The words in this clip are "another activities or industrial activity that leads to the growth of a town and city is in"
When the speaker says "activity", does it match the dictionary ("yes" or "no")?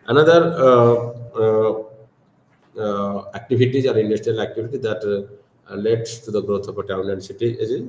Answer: no